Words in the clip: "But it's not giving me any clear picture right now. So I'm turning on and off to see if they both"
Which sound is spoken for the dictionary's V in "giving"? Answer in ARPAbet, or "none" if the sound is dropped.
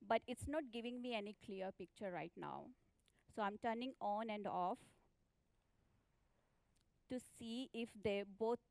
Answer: V